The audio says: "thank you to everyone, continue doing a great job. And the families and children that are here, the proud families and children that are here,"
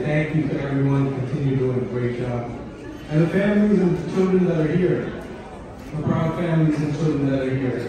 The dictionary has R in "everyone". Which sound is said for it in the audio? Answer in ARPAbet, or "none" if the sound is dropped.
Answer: R